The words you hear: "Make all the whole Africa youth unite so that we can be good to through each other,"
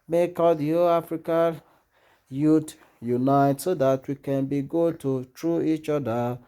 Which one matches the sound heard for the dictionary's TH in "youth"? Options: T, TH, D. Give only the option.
T